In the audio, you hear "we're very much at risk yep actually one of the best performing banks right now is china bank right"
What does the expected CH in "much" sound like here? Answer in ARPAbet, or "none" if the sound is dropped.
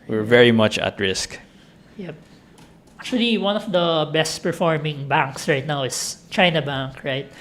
CH